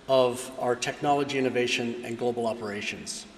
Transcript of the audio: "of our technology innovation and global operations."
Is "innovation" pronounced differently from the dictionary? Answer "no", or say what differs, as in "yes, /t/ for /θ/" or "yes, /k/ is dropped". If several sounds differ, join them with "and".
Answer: no